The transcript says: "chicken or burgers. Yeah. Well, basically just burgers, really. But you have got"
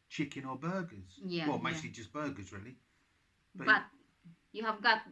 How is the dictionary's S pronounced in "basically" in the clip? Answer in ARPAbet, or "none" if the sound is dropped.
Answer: none